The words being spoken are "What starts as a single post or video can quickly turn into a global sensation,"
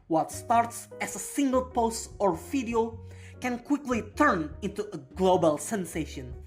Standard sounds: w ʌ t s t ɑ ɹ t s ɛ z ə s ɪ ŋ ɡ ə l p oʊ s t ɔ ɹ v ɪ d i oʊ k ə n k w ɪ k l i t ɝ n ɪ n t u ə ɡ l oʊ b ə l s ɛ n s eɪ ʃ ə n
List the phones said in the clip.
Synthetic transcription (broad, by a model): w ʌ t s t ɑ ɹ t s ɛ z ə s ɪ ŋ ɡ ə l p oʊ s t ɔ ɹ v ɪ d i oʊ k ə n k w ɪ k l i t ɝ n ɪ n t u ə ɡ l oʊ b ə l s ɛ n s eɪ ʃ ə n